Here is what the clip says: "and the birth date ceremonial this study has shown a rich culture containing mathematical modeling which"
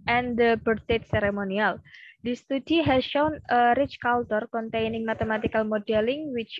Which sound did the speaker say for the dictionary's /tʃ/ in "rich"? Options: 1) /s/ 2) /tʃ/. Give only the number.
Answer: 2